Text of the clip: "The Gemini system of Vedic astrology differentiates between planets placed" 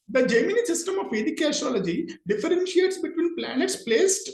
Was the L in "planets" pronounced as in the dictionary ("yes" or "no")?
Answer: yes